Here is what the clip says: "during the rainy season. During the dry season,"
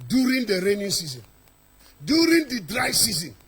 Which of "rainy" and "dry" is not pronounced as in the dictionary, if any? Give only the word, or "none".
none